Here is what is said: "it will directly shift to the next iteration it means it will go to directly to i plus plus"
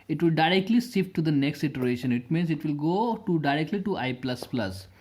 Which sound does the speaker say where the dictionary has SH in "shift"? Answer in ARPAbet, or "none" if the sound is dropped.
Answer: S